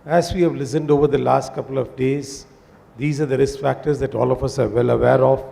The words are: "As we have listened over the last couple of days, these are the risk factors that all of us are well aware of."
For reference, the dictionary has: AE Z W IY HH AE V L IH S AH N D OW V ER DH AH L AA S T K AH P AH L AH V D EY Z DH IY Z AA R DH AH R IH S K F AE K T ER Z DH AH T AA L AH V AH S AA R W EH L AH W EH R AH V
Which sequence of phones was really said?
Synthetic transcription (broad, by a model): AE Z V IY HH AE V L IH S AH N D OW V ER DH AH L AA S T K AH P AH L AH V D EY Z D IY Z AA R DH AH R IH S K F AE K T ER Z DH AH T AA L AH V AH S AA R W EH L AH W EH R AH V